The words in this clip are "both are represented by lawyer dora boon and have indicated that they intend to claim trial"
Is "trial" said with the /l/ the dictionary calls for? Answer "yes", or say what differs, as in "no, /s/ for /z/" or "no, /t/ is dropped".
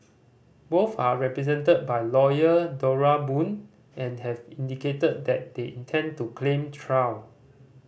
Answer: no, /w/ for /l/